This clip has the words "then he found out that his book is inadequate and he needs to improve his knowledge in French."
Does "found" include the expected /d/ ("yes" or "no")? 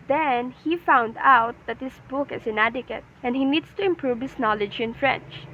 yes